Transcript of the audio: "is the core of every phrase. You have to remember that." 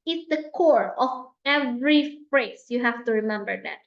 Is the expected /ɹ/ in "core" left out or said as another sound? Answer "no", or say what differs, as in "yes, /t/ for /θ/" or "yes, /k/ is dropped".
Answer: no